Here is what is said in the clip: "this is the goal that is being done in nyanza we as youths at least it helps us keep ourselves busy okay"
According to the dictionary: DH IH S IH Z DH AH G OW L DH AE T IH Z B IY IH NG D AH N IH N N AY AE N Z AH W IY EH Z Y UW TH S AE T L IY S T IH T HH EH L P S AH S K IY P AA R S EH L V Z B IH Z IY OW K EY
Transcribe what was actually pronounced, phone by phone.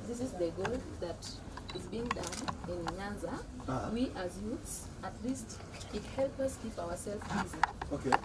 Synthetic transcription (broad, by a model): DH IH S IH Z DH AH G OW L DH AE T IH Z B IY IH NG D AH N IH N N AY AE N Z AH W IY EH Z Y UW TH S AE T L IY S T IH T HH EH L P AH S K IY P AA W S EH L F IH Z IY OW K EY